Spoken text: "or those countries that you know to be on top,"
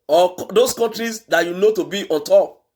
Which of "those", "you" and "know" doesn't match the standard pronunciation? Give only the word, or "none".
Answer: those